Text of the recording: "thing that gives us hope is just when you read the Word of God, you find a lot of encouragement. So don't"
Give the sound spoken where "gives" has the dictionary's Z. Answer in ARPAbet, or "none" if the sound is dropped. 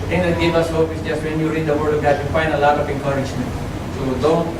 none